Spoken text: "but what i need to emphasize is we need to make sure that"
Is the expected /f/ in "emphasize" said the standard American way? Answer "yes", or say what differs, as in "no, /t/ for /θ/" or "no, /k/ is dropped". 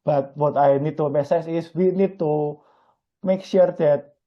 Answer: no, /f/ is dropped